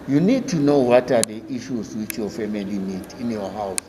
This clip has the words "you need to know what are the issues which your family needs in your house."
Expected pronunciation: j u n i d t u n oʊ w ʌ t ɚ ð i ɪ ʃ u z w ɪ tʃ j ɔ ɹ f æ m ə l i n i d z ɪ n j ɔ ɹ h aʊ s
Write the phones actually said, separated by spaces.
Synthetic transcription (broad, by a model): j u n i d t u n oʊ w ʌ t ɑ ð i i ʃ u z w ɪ tʃ j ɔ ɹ f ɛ m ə l i n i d ɪ n j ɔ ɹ h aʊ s